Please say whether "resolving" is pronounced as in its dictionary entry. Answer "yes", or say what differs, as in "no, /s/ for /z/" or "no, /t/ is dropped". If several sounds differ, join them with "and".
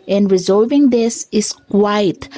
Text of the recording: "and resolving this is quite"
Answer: yes